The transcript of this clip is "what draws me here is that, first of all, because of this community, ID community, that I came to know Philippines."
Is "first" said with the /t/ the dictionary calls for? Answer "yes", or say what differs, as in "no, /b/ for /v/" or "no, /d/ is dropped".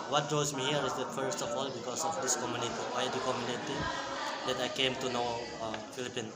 yes